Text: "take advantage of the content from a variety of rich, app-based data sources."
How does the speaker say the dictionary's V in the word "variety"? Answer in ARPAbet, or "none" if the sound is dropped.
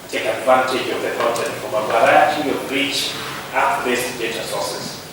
W